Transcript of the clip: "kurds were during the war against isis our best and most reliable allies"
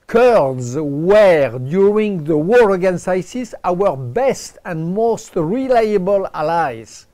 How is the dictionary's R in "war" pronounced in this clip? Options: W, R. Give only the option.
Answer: R